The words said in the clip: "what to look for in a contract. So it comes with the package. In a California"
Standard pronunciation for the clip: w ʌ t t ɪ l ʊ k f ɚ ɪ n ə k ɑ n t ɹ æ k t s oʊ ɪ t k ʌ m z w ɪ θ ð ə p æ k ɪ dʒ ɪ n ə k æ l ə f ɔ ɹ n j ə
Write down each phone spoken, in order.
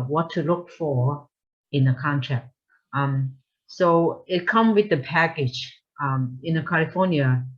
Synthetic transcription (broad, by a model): w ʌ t t ɪ l ʊ k f ɚ ɪ n ə k ɑ n t ɹ æ k t s oʊ ɪ t k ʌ m w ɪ ð ə p æ k ɪ dʒ ɪ n ə k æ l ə f ɔ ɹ n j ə